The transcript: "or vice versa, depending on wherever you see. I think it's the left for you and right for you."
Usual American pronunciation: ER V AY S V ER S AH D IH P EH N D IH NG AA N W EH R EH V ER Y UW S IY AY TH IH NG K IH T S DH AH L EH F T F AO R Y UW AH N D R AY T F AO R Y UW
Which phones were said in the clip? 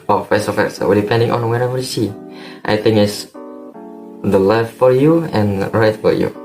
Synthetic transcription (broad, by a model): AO F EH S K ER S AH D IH P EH N D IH NG AA N W EH R EH V ER Y UW S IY AY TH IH NG IH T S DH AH L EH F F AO R Y UW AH N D R AY T F AO R Y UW